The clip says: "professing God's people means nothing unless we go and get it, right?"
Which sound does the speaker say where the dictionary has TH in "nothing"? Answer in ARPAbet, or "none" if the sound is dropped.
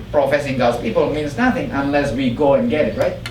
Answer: TH